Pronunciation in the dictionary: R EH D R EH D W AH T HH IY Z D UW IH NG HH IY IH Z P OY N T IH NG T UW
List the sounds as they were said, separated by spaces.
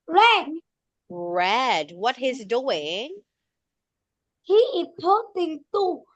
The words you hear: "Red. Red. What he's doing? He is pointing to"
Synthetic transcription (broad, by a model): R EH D R EH D W AH T HH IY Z D UW IH NG HH IY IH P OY T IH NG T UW